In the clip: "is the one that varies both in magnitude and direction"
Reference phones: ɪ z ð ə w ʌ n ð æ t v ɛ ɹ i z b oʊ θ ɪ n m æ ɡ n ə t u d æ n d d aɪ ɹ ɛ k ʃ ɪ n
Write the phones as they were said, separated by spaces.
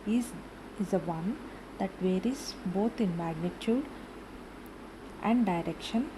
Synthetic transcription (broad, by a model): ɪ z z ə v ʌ n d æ t v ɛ ɹ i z b oʊ t ɪ n m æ ɡ n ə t u d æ n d d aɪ ɹ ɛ k ʃ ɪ n